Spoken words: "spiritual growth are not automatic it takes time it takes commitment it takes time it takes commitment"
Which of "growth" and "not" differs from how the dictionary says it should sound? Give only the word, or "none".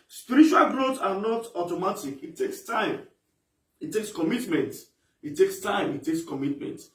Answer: growth